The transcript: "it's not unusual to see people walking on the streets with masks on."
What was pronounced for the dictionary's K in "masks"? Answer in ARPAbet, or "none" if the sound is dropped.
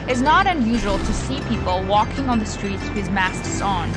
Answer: none